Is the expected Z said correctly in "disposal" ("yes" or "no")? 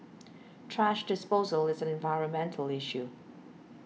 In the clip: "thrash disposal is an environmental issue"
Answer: yes